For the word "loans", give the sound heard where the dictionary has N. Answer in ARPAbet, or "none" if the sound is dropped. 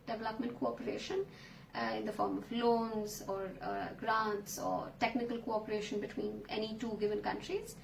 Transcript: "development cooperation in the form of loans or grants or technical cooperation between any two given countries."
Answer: N